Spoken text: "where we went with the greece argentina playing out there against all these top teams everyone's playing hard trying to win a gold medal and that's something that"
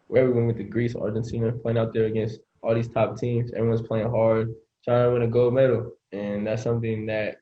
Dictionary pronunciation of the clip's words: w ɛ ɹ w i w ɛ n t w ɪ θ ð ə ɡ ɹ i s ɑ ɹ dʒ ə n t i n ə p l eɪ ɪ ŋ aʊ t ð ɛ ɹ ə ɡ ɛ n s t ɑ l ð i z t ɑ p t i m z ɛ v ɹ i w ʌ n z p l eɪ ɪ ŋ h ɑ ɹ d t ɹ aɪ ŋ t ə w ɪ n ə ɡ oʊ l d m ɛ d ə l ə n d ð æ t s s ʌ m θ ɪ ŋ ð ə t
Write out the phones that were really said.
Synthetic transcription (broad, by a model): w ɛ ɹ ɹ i w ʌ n w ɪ ð ə ɡ ɹ i s ɑ ɹ dʒ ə n s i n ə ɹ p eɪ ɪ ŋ aʊ t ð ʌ ɹ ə ɡ ɛ n s t ɑ l ð i z t ɑ p t i m z ɛ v ɹ i w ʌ n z p l eɪ ɪ ŋ h ɑ ɹ d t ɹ aɪ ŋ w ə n ə ɡ oʊ d m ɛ d l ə n ð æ t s s ʌ m θ ɪ ŋ ð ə t